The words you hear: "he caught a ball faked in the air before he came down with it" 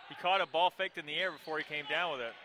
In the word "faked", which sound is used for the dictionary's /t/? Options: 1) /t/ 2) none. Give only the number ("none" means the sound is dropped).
1